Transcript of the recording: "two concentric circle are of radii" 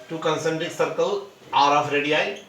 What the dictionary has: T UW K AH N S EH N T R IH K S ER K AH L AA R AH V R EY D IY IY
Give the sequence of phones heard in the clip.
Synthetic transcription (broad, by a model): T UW K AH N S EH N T IH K S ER K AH L AA R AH F R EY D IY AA